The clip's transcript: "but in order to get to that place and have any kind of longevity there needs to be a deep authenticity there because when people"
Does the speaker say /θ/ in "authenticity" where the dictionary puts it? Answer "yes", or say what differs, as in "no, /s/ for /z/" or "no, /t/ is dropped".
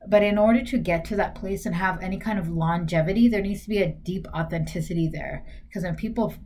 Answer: yes